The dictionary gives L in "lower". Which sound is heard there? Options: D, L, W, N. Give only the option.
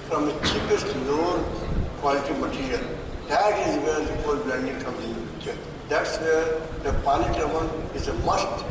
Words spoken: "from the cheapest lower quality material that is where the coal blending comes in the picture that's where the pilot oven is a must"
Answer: N